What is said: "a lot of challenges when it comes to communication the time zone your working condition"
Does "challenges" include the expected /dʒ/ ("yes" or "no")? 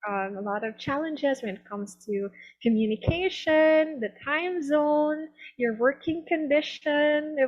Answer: yes